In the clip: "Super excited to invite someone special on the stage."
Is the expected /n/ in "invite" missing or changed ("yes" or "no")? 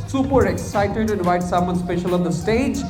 yes